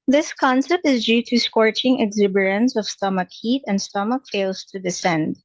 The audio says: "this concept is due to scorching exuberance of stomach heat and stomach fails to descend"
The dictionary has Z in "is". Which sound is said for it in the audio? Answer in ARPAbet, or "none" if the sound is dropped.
Z